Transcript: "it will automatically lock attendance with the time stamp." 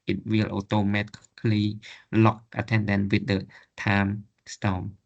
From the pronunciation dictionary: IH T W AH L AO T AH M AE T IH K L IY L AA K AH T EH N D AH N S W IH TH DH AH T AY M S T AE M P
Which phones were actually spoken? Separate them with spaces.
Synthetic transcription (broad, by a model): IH T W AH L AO T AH M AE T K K L IY L AA K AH T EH N D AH N W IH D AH T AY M S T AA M